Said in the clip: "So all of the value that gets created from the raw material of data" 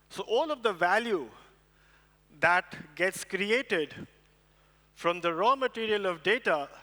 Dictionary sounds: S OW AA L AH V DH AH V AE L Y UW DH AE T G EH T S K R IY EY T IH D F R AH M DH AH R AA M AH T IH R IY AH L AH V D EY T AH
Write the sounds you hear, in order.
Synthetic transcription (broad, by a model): S OW AA L AH V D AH V AE L Y UW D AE T G EH T S K R IY EY T IH D F R AH M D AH R AA M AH T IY R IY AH L AH V D EY T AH